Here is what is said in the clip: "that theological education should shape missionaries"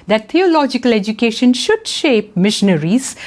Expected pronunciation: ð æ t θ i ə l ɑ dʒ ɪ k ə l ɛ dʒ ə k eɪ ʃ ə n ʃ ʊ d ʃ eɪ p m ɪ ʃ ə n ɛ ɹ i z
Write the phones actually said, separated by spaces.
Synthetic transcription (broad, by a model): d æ t t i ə l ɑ dʒ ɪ k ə l ɛ dʒ ə k eɪ ʃ ə n ʃ ʊ d ʃ eɪ p m ɪ ʃ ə n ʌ ɹ i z